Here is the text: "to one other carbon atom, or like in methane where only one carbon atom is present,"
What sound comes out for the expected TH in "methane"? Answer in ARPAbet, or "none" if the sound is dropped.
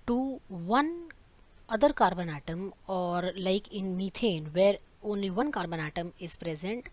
T